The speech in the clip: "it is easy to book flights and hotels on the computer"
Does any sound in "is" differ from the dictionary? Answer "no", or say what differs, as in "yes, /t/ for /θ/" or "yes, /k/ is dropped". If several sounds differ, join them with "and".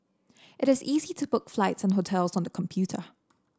no